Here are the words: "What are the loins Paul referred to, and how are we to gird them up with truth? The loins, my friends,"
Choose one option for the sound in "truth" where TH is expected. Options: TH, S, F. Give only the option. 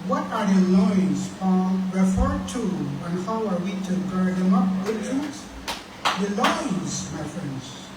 S